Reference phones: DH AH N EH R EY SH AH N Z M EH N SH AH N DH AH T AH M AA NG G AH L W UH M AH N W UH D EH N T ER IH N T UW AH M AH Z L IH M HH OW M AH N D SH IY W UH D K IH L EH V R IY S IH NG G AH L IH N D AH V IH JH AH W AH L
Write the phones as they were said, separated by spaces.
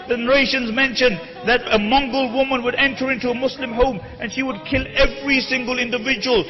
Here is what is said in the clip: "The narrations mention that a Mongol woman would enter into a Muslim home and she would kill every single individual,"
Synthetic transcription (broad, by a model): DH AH N EH R EY SH AH N Z M EH N SH AH N DH AH T AH M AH NG G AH L W UH M AH N W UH D EH N T ER IH N T UW AH M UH S L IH M HH OW M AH N SH IY W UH D K IH L EH V R IY S IH NG G AH L IH N D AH V IH JH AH W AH L